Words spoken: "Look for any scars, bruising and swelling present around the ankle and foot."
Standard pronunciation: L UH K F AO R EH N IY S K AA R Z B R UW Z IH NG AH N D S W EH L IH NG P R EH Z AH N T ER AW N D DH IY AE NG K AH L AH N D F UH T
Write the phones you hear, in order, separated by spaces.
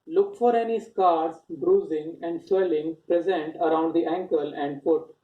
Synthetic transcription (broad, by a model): L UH K F AO R EH N IY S K AA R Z B R UW Z IH NG AH N D S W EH L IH NG P R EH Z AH N T ER AW N D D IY AE NG K AH L AH N D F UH T